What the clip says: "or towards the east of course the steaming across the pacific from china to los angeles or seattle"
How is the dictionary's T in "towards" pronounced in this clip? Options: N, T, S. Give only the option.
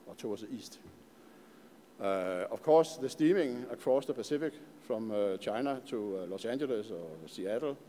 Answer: S